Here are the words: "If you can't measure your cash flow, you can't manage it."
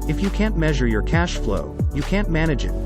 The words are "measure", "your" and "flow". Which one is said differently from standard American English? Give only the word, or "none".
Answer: none